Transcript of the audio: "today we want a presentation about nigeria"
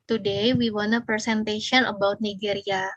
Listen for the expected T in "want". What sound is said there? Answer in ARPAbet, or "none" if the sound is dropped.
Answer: none